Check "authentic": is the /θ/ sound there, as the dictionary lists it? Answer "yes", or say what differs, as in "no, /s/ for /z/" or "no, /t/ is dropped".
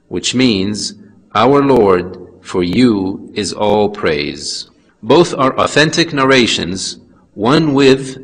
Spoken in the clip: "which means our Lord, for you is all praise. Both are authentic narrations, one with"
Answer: yes